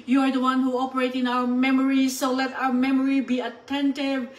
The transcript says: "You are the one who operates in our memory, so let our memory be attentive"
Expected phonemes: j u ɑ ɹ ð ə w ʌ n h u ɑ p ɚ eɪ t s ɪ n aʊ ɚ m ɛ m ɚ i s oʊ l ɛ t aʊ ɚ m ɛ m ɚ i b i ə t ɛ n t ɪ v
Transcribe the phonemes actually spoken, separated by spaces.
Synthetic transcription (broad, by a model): j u ɑ ɹ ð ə w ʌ n h u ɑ p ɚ eɪ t ɪ n aʊ ɚ m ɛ m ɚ i s oʊ l ɛ t aʊ ɚ m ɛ m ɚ i b i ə t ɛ n t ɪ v